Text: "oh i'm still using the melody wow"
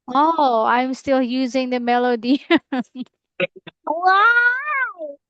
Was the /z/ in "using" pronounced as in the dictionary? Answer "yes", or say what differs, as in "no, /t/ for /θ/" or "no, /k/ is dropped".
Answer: yes